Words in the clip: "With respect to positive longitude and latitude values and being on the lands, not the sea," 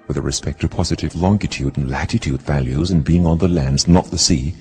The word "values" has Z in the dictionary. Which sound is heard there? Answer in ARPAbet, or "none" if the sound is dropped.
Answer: Z